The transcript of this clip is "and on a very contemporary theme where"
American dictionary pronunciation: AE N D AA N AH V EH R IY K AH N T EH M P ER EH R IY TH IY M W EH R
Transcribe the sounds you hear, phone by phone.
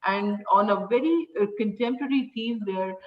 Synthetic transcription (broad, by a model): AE N D AA N AH V EH R IY K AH N T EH M P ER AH R IY T IY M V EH R